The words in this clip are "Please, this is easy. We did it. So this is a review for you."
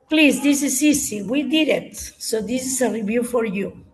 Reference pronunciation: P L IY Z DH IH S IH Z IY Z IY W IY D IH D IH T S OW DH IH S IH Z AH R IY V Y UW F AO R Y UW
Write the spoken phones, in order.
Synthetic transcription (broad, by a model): P L IY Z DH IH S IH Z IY S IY W IY D IH D IH T S OW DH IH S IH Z AH R IY V Y UW F AO R Y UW